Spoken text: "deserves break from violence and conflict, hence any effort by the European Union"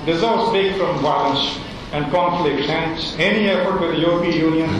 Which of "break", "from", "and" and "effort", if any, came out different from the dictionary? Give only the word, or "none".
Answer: break